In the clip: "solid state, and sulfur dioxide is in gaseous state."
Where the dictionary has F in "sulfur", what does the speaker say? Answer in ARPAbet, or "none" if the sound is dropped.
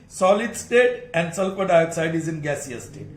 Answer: P